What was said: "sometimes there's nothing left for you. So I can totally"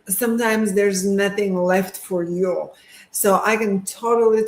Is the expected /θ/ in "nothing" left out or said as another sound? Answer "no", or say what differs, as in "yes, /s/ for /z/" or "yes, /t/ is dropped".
no